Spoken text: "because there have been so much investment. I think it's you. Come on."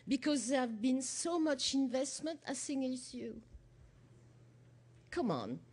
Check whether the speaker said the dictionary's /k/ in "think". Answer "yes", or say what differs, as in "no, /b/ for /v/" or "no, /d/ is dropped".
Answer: no, /k/ is dropped